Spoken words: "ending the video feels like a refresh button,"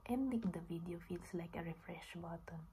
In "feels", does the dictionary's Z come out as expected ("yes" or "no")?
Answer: no